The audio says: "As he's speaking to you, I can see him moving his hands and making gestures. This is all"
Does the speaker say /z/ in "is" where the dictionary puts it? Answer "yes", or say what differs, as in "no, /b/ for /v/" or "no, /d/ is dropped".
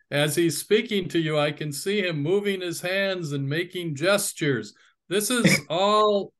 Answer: yes